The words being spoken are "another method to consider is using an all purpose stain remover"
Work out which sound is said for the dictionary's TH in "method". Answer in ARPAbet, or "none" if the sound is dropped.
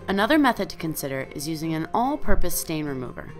TH